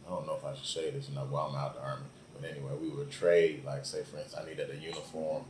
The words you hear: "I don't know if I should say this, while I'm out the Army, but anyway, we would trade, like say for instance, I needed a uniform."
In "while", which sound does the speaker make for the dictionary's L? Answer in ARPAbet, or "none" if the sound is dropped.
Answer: W